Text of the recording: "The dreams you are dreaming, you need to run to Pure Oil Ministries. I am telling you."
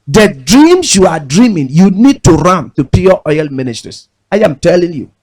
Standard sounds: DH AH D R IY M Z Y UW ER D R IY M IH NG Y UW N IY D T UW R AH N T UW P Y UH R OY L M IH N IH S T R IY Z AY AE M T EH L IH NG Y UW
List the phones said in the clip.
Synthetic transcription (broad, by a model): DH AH D R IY M S Y UW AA D R IY M IH NG Y UW N IY D T UW R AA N T UW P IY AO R OY L M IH N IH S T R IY S AY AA M T EH L IH NG Y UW